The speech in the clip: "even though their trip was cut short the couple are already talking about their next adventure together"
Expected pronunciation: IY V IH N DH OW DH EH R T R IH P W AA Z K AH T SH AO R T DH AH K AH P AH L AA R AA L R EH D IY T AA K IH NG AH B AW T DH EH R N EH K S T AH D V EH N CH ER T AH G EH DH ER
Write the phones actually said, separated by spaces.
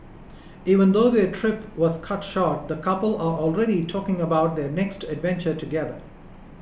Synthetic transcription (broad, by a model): IY V IH N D OW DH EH T R IH P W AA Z K AH T SH AO R T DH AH K AH P AH L AA R AA L R EH D IY T AA K IH NG AH B AW T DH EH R N EH K S T AH D V EH N CH ER T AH G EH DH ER